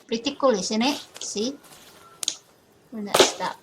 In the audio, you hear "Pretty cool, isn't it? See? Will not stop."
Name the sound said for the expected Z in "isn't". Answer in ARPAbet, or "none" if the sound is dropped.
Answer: S